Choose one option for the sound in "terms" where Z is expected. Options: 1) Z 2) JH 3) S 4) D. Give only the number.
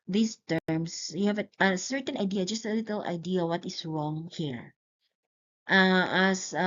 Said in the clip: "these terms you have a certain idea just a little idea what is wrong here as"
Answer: 3